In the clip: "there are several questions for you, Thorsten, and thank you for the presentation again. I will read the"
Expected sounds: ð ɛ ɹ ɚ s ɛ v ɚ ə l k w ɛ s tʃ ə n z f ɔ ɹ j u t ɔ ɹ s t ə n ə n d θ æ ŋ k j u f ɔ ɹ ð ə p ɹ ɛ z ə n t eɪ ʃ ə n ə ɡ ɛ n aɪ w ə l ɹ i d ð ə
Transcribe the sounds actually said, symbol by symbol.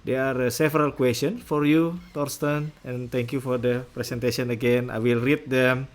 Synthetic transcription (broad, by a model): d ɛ ɹ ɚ s ɛ v ɚ ə l k w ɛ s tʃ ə n f ɔ ɹ j u t ɔ ɹ s t ə n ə n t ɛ ŋ k j u f ɔ ɹ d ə p ɹ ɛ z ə n t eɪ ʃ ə n ə ɡ ɛ n aɪ w ə l ɹ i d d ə